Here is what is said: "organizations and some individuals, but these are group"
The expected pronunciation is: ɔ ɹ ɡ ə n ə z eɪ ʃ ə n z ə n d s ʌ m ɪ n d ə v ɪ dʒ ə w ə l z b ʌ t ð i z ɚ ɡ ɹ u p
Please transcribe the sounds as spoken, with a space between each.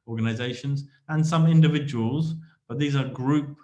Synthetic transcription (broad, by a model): ɔ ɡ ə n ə z eɪ ʃ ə n z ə n s ʌ m ɪ n d ə v ɪ dʒ ə w ə l z b ʌ t ð i z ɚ ɡ ɹ u p